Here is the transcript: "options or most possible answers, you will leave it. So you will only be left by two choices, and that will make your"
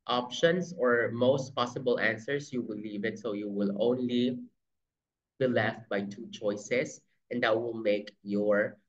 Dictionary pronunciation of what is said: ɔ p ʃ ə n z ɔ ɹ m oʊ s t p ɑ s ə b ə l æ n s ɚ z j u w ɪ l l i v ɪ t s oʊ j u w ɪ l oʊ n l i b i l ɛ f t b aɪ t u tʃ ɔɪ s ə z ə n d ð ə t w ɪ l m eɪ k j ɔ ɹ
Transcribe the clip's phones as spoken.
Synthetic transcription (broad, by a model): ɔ p ʃ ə n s ɔ ɹ m oʊ s t p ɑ s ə b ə l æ n s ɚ s j u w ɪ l l i v ɪ t s oʊ j u w ɪ l oʊ n l i b i l ɛ f t b aɪ t u tʃ ɔɪ s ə s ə n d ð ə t w ɪ l m eɪ k j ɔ ɹ